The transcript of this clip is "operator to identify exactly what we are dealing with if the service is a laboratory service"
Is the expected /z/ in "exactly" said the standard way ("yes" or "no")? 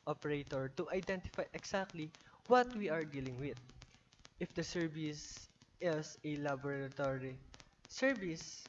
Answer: no